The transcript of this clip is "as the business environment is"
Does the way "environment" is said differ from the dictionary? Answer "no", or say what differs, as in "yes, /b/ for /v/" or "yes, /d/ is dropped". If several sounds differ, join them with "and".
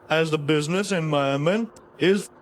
yes, /ɹ/ is dropped and /n/ is dropped